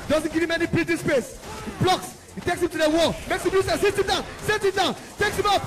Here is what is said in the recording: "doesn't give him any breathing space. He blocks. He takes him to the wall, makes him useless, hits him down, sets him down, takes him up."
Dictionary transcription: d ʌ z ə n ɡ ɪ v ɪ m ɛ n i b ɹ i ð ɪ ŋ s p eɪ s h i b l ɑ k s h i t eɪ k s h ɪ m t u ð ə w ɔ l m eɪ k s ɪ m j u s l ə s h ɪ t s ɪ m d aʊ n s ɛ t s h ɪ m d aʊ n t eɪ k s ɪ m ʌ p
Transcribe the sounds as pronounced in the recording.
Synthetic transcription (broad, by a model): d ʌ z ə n ɡ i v ɪ m ɛ n i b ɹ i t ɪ s p eɪ s h i b l ɑ k s h i t eɪ k s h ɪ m t u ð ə w ɔ m eɪ k s ɪ m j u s ə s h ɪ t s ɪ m d aʊ n s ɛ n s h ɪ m d aʊ n t eɪ k s ɪ m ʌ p